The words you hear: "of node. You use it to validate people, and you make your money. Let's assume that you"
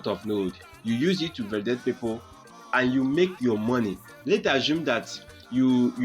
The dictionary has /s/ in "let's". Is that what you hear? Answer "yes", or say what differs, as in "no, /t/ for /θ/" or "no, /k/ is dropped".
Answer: no, /s/ is dropped